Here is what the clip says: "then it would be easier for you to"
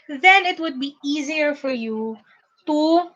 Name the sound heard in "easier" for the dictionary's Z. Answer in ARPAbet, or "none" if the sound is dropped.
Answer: Z